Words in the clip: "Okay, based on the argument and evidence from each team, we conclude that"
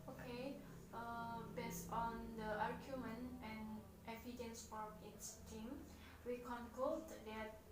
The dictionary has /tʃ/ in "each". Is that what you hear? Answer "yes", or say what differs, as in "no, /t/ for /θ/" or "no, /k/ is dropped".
no, /s/ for /tʃ/